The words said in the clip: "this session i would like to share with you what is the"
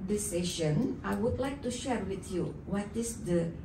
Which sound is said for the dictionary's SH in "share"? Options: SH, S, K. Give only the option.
SH